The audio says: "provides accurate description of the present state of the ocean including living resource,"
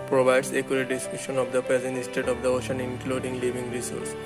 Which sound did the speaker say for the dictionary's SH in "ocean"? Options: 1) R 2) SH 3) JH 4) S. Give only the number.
2